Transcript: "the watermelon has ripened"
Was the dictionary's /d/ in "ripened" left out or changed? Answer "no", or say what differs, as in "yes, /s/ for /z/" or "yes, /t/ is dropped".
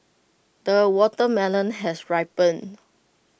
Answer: yes, /d/ is dropped